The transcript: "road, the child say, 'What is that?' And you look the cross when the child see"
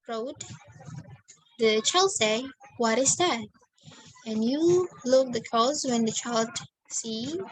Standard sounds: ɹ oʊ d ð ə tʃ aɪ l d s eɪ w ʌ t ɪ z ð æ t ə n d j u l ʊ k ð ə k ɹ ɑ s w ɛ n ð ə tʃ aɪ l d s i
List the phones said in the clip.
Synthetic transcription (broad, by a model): ɹ oʊ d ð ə tʃ aɪ l d s eɪ w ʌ t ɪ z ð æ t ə n j u l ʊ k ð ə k ɑ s w ɛ n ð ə tʃ aɪ l d s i